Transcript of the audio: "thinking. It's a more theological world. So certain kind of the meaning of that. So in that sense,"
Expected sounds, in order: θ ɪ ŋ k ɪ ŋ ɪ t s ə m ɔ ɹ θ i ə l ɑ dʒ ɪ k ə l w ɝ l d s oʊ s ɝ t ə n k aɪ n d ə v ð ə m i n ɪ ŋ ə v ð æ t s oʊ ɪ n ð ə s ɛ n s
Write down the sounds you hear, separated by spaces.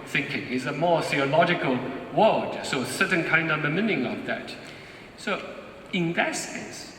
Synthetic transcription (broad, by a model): θ ɪ ŋ k ɪ ŋ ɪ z ə m ɔ ɹ θ i ə l ɑ dʒ ɪ k ə l w ɝ l d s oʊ s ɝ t n k aɪ n d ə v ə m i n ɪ ŋ ə v ð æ t s oʊ ɪ n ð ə s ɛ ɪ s